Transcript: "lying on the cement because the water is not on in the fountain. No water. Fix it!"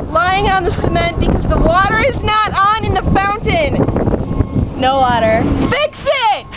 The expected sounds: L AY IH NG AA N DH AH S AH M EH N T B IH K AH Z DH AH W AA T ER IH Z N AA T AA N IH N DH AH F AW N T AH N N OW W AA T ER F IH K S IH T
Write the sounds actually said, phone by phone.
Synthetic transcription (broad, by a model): L AY IH NG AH N DH AH S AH M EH N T B IH K AH Z DH AH W AA T ER IH Z N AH T N IH N DH AH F AW N T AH N N OW W AA T ER F IH K S IH T